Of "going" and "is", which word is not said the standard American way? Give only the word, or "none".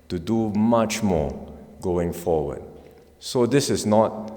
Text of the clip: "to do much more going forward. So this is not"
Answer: is